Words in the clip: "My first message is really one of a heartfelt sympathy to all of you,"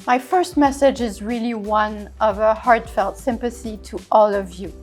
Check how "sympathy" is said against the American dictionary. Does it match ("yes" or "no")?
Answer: yes